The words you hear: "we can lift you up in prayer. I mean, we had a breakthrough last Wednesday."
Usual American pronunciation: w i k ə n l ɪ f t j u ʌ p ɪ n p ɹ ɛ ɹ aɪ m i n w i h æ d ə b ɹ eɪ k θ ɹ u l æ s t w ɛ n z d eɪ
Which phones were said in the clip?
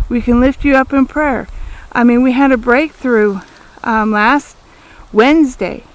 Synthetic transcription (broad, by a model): w i k ə n l ɪ f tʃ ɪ ʌ p ɪ n p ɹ ɛ ɹ aɪ m i n w i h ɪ d ə b ɹ eɪ k θ ɹ u l æ s t w ɛ n z d eɪ